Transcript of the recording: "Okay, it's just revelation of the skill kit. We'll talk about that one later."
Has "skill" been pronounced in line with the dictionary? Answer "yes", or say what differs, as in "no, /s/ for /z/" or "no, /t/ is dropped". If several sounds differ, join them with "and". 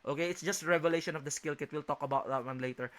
yes